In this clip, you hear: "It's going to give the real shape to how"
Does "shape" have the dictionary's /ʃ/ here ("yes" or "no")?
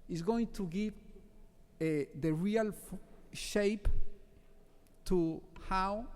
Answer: yes